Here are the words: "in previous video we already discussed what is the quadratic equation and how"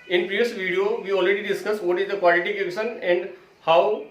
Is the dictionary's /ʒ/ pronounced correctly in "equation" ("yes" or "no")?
no